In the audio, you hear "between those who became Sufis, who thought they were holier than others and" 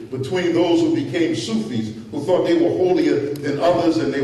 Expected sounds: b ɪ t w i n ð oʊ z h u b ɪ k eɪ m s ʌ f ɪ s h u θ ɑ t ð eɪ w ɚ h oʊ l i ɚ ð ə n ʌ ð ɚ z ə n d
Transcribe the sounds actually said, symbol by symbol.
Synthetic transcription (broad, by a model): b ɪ t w i n ð oʊ z h u b ɪ k eɪ m s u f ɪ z h u θ ɑ t ð eɪ w ɚ h oʊ l i ɚ ð ə n ʌ ð ɚ z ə n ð